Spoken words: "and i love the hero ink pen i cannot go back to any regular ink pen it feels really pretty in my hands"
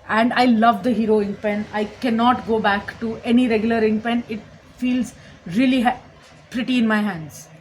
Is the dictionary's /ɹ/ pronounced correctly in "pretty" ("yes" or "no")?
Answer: yes